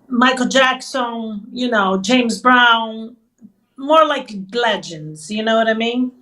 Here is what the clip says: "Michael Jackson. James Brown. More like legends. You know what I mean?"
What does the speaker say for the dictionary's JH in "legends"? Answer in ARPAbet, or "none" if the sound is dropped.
JH